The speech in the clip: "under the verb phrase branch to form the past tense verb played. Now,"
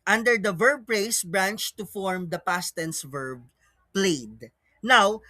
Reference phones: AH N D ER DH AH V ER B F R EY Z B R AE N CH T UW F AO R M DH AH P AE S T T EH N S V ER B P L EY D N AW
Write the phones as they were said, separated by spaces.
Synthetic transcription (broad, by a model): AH N D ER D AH V ER B P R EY S B R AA N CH T UW F AO R M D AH P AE S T T EH N S V ER B P L EY D N AW